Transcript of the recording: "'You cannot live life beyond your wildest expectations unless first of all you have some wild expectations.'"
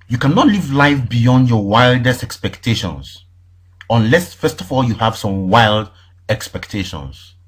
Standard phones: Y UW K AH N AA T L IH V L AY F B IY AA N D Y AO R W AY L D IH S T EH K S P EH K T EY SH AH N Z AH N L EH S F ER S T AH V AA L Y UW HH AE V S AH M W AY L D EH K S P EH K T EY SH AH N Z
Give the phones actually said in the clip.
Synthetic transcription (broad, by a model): Y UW K AH N AA T L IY V L AY F B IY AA N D Y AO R W AY L D IH S T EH K S P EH K T EY SH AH N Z AH N L EH S F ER S T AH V AA L Y UW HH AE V S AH M W AY L D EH K S P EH K T EY SH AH N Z